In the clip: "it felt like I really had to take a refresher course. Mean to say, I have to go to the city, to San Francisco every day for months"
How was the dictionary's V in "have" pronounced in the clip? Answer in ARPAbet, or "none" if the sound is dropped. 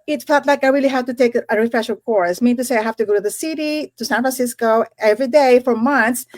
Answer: F